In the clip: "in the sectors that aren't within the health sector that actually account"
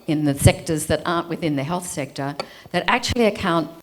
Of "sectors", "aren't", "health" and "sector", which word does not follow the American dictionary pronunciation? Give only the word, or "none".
none